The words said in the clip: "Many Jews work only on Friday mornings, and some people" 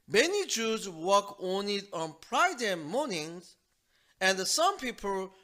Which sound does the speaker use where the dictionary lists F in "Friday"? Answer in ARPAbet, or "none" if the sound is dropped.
P